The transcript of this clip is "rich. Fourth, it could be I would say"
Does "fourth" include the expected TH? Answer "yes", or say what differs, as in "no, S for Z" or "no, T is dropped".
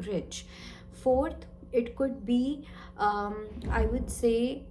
no, T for TH